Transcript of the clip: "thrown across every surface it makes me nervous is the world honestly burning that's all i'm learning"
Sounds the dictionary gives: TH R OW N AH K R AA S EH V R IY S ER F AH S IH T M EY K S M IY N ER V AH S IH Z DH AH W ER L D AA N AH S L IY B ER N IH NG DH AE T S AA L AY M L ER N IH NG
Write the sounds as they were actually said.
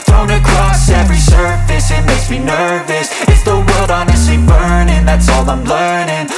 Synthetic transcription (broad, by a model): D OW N AH K R AA S EH V R IY S ER F AH S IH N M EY S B IY N ER V AH S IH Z DH AH W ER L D AA N AH S L IY B ER N IH NG DH AE T S AA L AY M L ER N IH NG